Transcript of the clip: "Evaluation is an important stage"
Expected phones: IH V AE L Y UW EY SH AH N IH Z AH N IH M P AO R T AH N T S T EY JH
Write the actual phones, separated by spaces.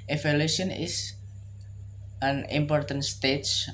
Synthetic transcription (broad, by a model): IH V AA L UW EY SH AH N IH S AH N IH M P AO R T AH N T S T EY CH